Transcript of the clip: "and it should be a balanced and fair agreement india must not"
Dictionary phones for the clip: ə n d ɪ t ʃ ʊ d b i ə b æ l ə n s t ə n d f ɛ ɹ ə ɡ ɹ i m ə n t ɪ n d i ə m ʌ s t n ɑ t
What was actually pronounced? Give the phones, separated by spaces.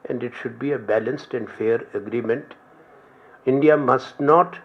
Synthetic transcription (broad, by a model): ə n d ɪ t ʃ ʊ d b i ə b æ l ə n s t ə n d f ɛ ɹ ə ɡ ɹ i m ə n t ɪ n d i ə m ʌ s t n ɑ t